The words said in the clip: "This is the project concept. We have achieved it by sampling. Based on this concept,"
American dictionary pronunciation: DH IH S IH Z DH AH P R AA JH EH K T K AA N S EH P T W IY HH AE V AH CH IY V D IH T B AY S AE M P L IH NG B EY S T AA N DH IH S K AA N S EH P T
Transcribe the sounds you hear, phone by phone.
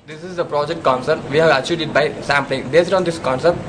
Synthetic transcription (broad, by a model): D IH S IH Z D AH P R AA JH EH K T K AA N S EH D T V IY HH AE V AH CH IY D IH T B AY S AE M P L IH NG B EY S T AA N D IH S K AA N S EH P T